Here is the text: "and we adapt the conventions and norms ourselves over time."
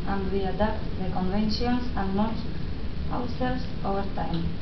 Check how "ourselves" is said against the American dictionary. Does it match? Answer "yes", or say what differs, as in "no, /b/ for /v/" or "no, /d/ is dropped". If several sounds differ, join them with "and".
no, /w/ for /ɹ/